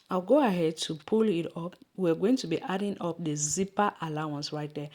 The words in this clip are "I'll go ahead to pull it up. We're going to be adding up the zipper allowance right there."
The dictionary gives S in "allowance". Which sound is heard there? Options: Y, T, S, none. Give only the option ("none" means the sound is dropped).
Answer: S